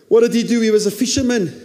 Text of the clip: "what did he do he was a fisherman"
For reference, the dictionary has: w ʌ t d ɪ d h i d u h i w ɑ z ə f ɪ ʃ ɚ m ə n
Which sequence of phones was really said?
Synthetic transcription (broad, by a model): w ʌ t d ɪ d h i d u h i w ɑ z ə f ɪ ʃ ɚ m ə n